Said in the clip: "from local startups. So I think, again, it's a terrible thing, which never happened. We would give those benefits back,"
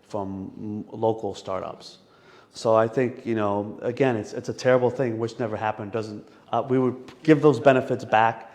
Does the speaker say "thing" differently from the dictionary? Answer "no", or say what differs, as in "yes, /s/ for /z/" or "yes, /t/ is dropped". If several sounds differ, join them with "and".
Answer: no